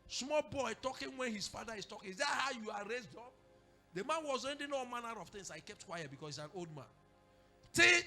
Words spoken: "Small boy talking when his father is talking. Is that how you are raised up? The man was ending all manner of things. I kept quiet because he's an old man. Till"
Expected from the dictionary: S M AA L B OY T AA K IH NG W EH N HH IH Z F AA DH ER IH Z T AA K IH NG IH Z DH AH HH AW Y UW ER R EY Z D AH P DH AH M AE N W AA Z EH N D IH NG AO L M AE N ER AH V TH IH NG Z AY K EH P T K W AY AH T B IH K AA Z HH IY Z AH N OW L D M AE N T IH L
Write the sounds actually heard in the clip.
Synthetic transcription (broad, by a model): S M AA L B OY T AA K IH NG W EH N HH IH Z F AA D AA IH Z T AA K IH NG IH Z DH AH HH AW Y UW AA R EY Z D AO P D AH M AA N W AA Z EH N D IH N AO M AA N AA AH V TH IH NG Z AY K EH P T K W AY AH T B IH K AA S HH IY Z AH N OW L D M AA N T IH